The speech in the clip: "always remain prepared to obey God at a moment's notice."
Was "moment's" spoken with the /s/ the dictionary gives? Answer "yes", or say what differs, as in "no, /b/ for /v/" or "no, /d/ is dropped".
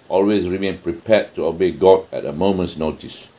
yes